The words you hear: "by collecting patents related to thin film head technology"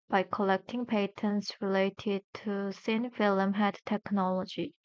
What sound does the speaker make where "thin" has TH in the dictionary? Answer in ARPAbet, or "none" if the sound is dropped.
S